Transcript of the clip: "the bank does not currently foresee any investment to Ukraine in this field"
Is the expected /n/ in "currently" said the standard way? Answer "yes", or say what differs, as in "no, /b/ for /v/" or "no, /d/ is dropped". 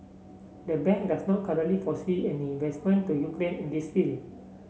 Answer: no, /n/ is dropped